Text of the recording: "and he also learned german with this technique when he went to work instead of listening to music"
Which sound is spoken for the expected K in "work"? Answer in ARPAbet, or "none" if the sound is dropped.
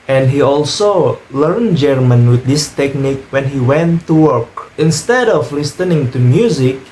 K